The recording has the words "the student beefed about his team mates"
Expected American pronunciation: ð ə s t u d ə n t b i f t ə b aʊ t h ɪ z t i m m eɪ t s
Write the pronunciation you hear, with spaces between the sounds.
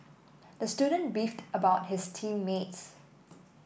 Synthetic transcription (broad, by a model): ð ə s t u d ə n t b i f t ə b aʊ t h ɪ s t i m m eɪ t s